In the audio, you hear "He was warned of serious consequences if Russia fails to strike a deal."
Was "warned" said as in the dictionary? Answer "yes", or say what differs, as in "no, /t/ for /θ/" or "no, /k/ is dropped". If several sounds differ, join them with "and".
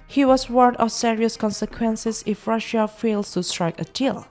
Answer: no, /d/ is dropped